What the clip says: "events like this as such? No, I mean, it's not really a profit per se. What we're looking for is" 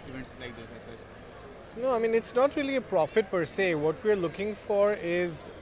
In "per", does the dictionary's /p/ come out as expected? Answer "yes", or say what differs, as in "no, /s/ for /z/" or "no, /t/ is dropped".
yes